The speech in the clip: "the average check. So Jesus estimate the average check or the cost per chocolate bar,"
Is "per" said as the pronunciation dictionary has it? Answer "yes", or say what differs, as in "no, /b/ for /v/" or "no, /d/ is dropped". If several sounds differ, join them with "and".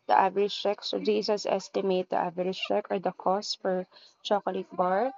no, /f/ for /p/